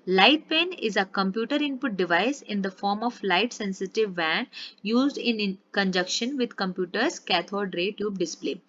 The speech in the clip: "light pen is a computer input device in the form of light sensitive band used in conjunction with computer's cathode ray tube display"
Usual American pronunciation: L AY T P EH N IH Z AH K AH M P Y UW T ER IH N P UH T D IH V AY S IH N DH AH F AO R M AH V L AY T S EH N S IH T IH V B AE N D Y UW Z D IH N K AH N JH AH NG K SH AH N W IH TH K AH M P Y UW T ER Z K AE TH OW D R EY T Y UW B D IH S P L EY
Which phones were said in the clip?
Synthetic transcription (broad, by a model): L AY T P EH N IH Z AH K AH M P Y UW T ER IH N P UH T D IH V AY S IH N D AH F AO R M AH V L AY T S EH N S IH T IH V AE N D Y UW Z D IH N K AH N JH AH K SH AH N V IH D K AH M P Y UW T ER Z K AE T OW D R EY T Y UW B D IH S P L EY